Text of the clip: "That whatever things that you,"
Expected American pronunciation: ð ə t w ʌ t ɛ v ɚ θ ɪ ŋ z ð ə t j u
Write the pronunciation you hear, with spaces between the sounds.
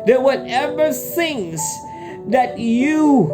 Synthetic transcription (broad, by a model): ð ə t w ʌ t ɛ v ɚ s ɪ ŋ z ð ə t j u